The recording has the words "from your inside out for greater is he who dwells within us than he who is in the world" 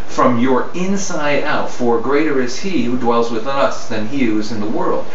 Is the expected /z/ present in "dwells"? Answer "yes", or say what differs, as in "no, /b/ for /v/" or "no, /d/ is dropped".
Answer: yes